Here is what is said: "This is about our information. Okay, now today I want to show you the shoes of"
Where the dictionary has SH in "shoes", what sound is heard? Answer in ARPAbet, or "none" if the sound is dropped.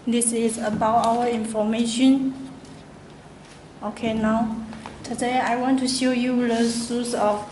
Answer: S